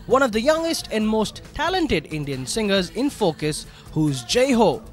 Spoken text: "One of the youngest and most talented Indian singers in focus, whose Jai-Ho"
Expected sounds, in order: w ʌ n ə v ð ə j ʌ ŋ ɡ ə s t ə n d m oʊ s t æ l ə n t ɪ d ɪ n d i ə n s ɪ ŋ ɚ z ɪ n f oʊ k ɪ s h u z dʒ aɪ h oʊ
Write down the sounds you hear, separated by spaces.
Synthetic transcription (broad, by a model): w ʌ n ə v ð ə j ʌ ŋ ɡ ə s t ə n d m oʊ s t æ l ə n t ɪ d ɪ n d i ə n s ɪ ŋ ɚ z ɪ n f oʊ k ɪ s h u z dʒ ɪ h oʊ